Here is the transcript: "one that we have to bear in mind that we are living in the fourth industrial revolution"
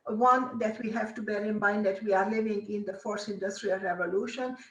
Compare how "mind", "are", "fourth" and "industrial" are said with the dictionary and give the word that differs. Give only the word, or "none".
fourth